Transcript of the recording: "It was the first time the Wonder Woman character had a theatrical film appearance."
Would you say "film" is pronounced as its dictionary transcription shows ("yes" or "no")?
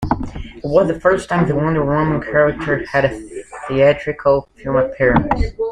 no